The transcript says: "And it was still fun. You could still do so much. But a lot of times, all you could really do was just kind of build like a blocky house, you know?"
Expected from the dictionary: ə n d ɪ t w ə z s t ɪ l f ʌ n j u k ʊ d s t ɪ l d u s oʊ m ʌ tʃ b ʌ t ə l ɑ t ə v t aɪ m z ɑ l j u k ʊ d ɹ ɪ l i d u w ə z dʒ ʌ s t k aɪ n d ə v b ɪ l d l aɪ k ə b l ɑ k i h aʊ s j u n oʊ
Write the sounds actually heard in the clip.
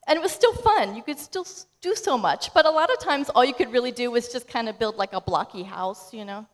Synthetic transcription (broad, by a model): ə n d ɪ t w ə z s t ɪ l f ʌ n j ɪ k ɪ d s t ɪ l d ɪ s oʊ m ʌ tʃ b ʌ t ə l ɑ t ə v t aɪ m z ɑ l j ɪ k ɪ d ɹ ɪ l i d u w ə z dʒ ʌ s k aɪ n d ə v b ɪ l d l aɪ k ə b l ɑ k i h aʊ s j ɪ n oʊ